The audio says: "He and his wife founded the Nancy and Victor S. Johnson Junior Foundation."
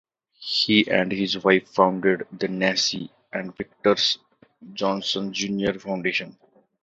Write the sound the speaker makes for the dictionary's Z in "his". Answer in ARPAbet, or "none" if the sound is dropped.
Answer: Z